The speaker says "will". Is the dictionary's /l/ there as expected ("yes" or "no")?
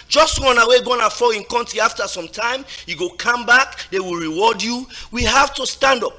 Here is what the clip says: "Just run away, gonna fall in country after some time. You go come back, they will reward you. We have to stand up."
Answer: yes